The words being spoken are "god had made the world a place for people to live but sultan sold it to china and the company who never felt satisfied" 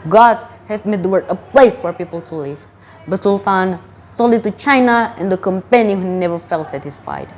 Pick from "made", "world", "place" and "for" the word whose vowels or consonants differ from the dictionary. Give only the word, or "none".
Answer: world